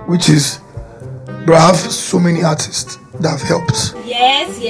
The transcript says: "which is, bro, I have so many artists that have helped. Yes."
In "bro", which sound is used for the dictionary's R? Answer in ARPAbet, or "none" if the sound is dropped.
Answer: none